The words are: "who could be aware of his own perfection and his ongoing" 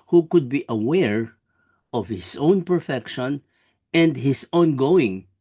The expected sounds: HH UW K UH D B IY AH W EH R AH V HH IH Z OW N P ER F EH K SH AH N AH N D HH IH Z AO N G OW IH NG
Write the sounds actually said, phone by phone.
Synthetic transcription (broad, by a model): HH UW K UH D B IY AH W EH R AH V HH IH S OW N P ER F EH K SH AH N AH N D HH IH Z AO N G OW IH NG